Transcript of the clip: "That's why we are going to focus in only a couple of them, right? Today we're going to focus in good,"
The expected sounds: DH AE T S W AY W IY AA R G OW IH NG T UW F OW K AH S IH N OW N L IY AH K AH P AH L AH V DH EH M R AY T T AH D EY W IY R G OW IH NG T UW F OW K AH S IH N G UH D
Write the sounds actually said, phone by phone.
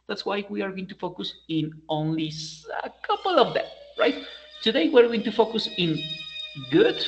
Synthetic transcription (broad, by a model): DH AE T S W AY W IY AA R G OW IH NG T UW F OW K AH S IH N OW N L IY AH K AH P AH L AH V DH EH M R AY T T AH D EY W IY R G OW IH NG T UW F OW K AH S IH N G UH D